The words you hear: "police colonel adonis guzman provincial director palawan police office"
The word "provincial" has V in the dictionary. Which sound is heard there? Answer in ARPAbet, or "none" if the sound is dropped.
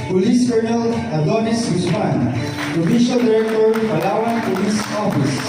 F